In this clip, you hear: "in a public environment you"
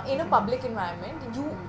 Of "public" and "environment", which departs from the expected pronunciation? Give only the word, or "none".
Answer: environment